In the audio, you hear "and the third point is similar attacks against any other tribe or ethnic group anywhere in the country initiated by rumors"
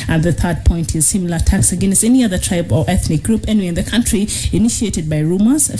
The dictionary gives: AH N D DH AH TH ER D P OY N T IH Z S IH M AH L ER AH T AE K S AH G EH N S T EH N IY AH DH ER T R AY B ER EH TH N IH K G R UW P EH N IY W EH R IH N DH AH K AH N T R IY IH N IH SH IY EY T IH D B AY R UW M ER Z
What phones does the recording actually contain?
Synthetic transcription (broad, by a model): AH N DH AH TH ER D P OY N T IH Z S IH M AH L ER AH T AE K S AH G EH N S T EH N IY AH DH ER T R AY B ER EH TH N IH K G R UW P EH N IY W IH N DH AH K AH N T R IY IH N IH SH IY EY T IH D B AY R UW M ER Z